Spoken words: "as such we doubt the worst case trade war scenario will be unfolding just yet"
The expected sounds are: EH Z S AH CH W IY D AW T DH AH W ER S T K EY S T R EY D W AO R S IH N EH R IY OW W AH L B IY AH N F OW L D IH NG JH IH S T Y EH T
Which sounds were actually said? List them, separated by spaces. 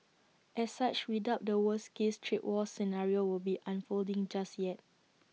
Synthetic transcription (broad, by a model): EH S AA CH W IY D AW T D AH W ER S K EY S T R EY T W AO S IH N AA R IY OW W AH L B IY AH N F OW L D IH NG JH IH S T Y EH T